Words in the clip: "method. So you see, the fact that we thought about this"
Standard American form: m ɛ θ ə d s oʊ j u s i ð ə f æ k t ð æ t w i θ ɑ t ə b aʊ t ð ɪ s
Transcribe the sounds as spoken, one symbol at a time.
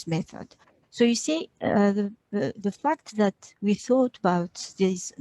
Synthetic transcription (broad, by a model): m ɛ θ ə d s oʊ j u s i ð ə f æ k t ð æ t w i θ ɑ t ə b aʊ t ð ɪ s